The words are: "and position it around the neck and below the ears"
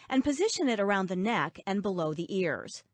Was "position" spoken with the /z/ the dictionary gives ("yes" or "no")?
yes